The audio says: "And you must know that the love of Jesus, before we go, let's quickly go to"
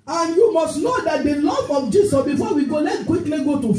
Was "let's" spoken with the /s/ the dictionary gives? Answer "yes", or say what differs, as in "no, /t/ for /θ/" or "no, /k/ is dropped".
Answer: no, /s/ is dropped